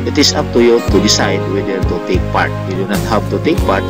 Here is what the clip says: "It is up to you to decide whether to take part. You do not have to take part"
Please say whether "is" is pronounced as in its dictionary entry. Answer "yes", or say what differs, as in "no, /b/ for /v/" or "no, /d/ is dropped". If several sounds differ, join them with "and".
no, /s/ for /z/